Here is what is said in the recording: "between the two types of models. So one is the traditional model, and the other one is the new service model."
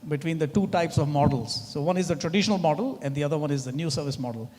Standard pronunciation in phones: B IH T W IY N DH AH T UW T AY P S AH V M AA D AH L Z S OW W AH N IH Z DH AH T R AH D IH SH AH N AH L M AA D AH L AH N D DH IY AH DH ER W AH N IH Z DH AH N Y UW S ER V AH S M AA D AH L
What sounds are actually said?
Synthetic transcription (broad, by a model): B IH T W IY N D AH T UW T AY P S AH V M AA D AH L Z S OW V AH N IH Z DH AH T R AH D IH SH AH N AH L M AA D AH L AH N D IY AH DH ER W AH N IH Z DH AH N Y UW S ER V AH S M AA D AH L